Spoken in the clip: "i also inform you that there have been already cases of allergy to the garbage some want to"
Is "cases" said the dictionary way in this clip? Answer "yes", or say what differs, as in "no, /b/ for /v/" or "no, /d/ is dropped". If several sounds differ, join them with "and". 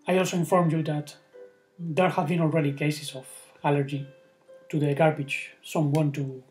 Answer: no, /s/ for /z/